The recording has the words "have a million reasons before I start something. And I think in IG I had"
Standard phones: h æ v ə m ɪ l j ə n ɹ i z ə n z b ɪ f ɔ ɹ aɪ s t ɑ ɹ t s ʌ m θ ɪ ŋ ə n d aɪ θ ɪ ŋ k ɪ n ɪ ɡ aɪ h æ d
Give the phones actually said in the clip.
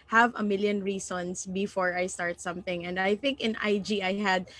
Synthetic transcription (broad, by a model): h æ v ə m ɪ l j ə n ɹ i s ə n s b ɪ f ɔ ɹ aɪ s t ɑ ɹ t s ʌ m θ ɪ ŋ ə n d aɪ θ ɪ ŋ k ɪ n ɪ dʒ aɪ h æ d